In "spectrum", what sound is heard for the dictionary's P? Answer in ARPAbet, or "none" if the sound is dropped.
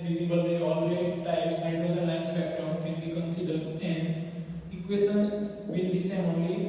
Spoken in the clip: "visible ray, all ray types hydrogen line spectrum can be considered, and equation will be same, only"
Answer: B